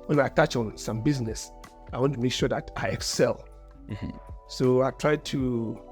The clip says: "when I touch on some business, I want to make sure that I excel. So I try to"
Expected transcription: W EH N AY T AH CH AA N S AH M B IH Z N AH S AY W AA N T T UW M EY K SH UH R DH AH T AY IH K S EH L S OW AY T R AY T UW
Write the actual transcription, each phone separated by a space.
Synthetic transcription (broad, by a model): W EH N AY T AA CH AA N S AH M B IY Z N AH S AY W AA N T T UW M EY K SH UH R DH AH T AY IH K S EH L S OW AY T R AY T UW